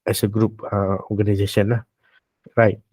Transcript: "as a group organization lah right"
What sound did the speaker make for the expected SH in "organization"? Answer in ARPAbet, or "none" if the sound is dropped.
S